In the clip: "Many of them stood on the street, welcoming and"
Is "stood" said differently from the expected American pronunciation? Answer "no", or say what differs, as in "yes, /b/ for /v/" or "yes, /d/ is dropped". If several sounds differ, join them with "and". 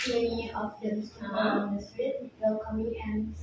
yes, /d/ is dropped